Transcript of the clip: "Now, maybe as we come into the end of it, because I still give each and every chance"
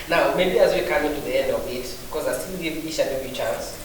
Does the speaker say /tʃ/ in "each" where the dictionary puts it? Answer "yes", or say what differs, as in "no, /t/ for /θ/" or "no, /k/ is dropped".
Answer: no, /ʃ/ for /tʃ/